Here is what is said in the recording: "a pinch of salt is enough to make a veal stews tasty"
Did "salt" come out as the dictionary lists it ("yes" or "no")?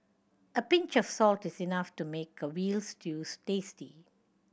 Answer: yes